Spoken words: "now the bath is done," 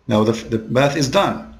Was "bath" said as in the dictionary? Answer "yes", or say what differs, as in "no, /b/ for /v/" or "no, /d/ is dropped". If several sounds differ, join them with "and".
yes